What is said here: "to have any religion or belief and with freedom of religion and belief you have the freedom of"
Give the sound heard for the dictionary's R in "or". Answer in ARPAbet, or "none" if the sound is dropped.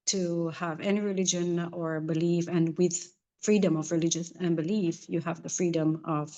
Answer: R